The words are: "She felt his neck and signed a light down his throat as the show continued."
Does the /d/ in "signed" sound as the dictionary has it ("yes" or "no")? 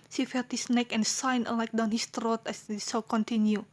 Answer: no